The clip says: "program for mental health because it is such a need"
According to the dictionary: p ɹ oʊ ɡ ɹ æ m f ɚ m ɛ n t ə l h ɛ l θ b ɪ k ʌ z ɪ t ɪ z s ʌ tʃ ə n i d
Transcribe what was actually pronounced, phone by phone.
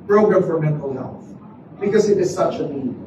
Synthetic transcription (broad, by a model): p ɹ oʊ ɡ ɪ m f ɚ m ɛ n t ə l h ɛ l θ b ɪ k ʌ z ɪ t ɪ z s ʌ tʃ ə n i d